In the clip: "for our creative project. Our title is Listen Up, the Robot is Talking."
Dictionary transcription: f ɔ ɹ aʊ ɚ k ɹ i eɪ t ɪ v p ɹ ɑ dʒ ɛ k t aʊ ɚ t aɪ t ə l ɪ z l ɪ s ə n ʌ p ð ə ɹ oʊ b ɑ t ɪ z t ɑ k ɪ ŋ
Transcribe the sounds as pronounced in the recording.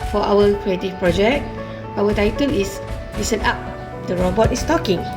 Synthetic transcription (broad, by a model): f ɔ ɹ aʊ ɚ k ɹ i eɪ t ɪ f p ɹ ɑ dʒ ɛ k t aʊ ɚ t aɪ t ə l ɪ s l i s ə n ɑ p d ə ɹ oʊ b ɑ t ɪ s t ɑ k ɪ ŋ